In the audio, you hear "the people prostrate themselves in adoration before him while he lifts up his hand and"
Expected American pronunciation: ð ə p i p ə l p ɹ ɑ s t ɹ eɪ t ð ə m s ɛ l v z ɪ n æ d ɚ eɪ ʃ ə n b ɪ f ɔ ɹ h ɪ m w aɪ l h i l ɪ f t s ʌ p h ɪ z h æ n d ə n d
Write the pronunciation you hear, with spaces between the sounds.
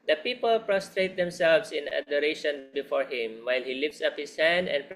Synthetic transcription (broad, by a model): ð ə p i p ə l p ɹ ɑ s t ɹ eɪ t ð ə m s ɛ l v s ɪ n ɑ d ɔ eɪ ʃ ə n b ɪ f ɔ ɹ h ɪ m w aɪ l h i l ɪ f t s ʌ p h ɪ s h æ n d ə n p